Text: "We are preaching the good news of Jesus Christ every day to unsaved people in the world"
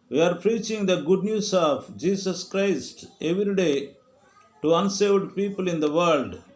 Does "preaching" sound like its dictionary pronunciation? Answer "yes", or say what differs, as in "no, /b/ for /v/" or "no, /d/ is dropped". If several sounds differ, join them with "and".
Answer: yes